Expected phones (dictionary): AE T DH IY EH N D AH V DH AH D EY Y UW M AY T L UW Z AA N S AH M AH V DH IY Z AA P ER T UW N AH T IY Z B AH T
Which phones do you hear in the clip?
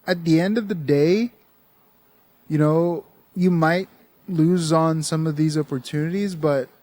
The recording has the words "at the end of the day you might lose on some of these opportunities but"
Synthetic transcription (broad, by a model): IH T DH IY EH N D AH V DH AH D EY Y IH M AY T L UW Z N S AH M AH V DH IY Z AA P ER T UW N AH T IY Z B AH T